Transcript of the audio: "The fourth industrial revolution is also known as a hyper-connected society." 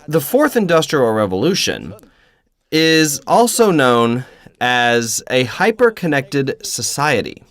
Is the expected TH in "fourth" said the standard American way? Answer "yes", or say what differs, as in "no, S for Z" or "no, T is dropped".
yes